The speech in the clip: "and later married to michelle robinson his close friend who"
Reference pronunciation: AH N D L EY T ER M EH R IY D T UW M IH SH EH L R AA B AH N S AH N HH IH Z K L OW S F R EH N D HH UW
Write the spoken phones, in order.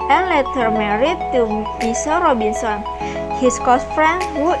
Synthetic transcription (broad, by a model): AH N L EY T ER M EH R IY T UW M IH S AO R AA B AH N S AH N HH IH S K OW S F R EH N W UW